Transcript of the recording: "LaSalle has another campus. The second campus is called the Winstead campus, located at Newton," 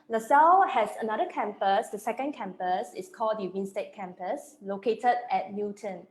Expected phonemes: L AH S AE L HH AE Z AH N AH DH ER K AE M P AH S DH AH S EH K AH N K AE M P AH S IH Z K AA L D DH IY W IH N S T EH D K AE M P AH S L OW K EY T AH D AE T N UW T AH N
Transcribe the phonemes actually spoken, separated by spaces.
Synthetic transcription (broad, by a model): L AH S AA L HH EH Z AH N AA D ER K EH M P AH S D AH S EH K AH N K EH M P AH S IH S K AA L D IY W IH N S T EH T K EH M P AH S L OW K EY T AH D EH T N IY T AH N